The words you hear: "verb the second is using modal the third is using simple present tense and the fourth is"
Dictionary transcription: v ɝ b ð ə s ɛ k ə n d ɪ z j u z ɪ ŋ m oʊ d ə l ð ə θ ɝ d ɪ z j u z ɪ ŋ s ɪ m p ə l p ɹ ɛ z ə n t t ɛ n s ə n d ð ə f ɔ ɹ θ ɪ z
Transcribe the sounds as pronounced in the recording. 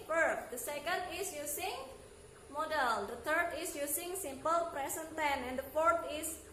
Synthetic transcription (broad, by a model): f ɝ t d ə s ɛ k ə n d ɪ s j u s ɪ ŋ m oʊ d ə l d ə t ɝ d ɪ s j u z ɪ ŋ s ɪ m p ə l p ɹ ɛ s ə n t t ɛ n ə n d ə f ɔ ɹ t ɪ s